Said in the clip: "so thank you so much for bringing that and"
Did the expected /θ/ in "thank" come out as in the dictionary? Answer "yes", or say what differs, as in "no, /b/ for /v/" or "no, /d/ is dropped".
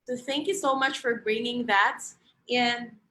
yes